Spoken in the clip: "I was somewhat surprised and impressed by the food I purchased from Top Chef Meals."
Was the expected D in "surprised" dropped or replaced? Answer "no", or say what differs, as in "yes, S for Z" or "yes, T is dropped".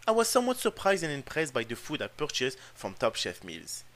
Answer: no